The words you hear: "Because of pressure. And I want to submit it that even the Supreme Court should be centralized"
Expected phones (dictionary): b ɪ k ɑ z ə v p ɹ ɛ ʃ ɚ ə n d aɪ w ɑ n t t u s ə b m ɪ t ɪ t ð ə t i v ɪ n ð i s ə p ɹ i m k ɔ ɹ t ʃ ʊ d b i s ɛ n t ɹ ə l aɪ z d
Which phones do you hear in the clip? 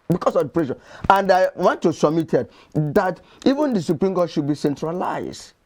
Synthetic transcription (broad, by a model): b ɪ k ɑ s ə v p ɹ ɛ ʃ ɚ ə n d aɪ w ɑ n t t u s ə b m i t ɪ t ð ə t i v ɪ n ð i s ə p ɹ i m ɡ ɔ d ʃ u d b i s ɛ n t ɹ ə l aɪ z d